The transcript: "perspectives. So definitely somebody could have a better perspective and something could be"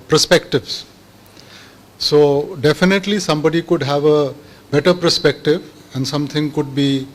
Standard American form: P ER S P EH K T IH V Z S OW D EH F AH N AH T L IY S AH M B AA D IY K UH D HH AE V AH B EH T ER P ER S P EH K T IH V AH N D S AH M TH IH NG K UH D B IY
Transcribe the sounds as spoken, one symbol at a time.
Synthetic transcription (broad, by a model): P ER S P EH K T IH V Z S OW D EH F AH N AH T L IY S AH M B AA D IY K UH D HH AE V AH B EH T ER P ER S P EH K T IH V AH N D S AH M T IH NG K UH D B IY